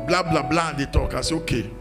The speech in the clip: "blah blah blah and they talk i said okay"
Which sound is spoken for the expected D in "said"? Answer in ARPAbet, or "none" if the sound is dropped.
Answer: none